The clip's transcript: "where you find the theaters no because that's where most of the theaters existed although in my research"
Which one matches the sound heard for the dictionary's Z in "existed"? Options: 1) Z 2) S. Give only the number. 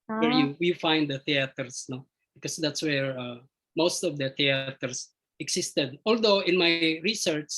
2